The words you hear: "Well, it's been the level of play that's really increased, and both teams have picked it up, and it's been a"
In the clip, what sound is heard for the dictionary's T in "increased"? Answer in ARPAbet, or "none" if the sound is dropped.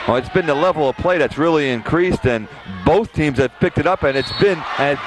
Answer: T